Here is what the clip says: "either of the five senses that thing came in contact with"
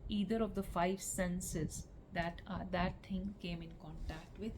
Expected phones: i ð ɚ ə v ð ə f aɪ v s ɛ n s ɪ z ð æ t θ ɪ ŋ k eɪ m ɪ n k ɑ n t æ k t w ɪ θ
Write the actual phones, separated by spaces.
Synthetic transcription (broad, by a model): i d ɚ ə v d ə f aɪ v s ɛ n s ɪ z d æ t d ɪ ŋ k eɪ m ɪ n k ɑ n t æ k t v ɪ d